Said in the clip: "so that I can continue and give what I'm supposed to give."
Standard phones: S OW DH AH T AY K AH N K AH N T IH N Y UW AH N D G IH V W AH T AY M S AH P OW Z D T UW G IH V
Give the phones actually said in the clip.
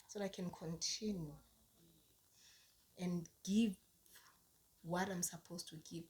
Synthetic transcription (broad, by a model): S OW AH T K AH N K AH N T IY N Y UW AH N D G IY V W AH T AY M S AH P OW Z T UW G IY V